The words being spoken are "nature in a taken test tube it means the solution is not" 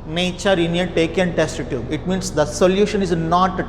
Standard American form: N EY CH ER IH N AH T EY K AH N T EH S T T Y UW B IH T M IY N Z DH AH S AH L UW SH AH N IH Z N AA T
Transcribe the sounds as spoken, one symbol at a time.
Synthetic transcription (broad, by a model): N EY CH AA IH N AH T EY K AH N T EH S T T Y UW IH T M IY N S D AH S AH L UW SH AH N IH Z N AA T